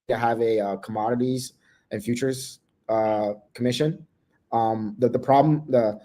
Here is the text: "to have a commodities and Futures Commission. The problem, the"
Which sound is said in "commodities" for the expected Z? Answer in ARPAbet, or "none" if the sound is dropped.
Z